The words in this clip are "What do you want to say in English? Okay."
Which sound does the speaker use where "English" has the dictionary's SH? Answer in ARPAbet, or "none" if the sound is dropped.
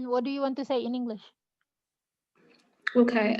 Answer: SH